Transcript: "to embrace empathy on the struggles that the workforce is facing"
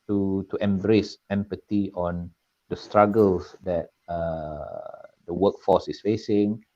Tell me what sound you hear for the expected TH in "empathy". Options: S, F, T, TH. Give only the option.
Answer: T